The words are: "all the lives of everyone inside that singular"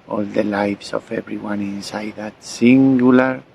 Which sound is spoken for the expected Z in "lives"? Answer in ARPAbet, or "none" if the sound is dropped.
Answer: S